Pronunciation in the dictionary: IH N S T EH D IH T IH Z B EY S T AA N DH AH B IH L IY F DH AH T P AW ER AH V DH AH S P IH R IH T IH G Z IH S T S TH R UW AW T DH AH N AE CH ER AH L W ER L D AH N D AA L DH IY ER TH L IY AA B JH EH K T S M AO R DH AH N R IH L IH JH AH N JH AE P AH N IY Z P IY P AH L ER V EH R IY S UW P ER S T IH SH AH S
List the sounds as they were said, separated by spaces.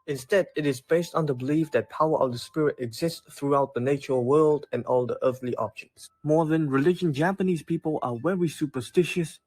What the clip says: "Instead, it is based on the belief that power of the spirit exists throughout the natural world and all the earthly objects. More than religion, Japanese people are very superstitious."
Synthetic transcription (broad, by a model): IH N S T EH D IH T IH Z B EY S T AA N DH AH B IH L IY F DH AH T P AW ER AH V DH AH S P IH R IH T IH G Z IH S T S TH R UW AW T DH AH N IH CH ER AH L W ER L D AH N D AA L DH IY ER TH L IY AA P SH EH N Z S M AO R DH AH N R IH L IH JH AH N JH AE P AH N IY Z P IY P AH L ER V EH R IY S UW P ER S T IH SH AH S